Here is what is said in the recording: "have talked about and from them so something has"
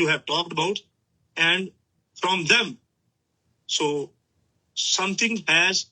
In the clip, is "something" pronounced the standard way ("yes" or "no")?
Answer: no